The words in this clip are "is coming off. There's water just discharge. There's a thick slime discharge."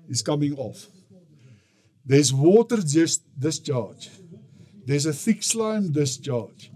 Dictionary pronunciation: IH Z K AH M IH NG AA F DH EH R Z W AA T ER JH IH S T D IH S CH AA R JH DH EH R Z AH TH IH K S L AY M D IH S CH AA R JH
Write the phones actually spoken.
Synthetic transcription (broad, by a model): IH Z K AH M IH NG AA F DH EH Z W AA T ER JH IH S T D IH S CH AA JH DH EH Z AH TH IH K S L AY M D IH S CH AA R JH